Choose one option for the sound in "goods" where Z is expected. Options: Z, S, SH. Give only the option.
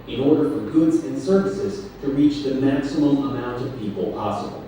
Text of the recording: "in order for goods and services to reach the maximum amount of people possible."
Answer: Z